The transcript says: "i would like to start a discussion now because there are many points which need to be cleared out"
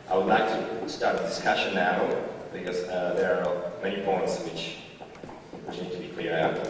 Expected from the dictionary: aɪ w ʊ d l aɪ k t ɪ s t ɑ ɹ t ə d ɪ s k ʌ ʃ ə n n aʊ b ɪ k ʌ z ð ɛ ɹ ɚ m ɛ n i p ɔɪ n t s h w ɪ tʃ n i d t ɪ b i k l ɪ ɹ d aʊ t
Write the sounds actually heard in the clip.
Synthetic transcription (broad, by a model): aɪ w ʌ d l aɪ k t ɪ s t ɑ ɹ t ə d ɪ s k ʌ ʃ ə n n aʊ b ɪ k ʌ z ð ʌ ɹ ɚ m ɛ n i p ɔɪ n t s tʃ w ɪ tʃ n i d t ɪ b i k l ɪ ɹ aʊ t